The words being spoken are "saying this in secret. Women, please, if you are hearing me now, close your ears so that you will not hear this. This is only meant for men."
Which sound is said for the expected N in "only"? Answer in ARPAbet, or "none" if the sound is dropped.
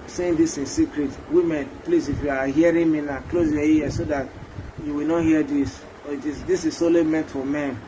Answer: none